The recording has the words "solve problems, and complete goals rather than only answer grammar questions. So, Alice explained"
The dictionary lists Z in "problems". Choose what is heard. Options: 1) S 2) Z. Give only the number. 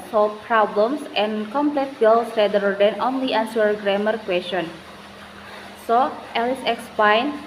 1